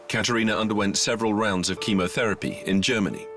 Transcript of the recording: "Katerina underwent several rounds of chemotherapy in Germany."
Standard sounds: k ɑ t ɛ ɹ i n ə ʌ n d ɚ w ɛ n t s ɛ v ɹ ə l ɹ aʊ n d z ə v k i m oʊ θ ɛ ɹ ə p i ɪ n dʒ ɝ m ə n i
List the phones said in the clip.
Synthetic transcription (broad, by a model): k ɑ t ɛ ɹ i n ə ʌ n d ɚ w ɛ n t s ɛ v ɹ ə l ɹ aʊ n d z ə v k i m oʊ θ ɛ ɹ ə p i ɪ n dʒ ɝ m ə n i